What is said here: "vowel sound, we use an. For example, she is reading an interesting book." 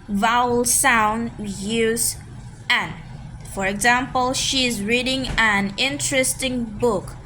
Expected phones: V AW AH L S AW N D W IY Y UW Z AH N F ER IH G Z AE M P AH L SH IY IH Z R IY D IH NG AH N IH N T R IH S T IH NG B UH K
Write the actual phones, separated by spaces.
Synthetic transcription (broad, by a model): V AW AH L S AW N D Y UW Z AH N F ER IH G Z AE M P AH L SH IY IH Z R IY D IH NG AH N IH N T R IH S T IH NG B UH K